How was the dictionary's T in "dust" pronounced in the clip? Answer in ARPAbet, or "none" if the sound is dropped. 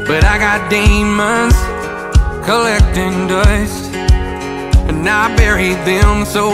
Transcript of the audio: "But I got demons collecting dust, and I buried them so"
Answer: none